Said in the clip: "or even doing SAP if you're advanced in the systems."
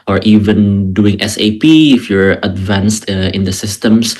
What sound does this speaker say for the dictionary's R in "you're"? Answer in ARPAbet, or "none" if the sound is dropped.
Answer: R